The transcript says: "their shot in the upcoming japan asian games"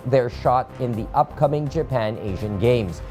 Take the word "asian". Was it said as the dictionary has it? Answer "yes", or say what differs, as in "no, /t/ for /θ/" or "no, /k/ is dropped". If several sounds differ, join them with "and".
yes